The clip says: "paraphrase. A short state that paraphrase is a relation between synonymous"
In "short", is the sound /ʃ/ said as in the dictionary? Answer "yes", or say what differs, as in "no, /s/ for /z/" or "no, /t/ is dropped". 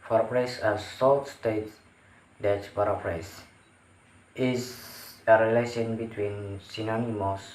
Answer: no, /s/ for /ʃ/